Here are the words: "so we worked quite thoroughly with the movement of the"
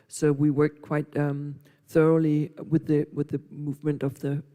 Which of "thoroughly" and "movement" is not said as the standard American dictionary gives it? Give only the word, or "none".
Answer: none